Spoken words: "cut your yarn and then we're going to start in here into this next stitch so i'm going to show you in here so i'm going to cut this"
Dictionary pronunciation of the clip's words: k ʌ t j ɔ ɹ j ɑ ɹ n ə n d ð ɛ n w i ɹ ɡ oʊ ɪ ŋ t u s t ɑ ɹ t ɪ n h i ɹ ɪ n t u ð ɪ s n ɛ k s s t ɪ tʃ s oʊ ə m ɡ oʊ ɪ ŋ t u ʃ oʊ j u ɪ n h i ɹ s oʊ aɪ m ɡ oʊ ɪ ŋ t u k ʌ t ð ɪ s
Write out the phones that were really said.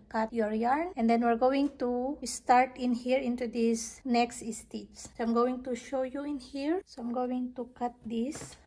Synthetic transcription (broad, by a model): k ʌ t j ɔ ɹ j ɑ ɹ n ə n d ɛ n w i ɹ ɡ oʊ ɪ ŋ t u s t ɑ ɹ t ɪ n h i ɹ ɪ n t u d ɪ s n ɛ k s s t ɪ s s oʊ ə m ɡ oʊ ɪ ŋ t u ʃ oʊ j u ɪ n h i ɹ s oʊ aɪ m ɡ oʊ ɪ ŋ t u k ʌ t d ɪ s